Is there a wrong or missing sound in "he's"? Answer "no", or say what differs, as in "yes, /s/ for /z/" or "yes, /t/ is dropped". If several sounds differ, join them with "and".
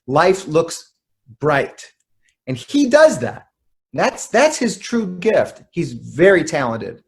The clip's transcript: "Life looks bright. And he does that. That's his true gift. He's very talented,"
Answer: no